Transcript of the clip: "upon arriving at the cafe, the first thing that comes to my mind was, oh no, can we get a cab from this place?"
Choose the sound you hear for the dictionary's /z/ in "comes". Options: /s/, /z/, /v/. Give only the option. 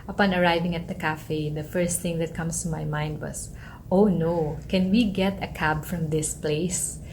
/s/